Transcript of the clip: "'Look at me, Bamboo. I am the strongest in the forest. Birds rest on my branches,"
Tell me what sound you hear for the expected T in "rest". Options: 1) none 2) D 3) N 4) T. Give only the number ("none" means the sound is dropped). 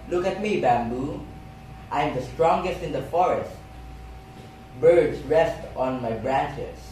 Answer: 4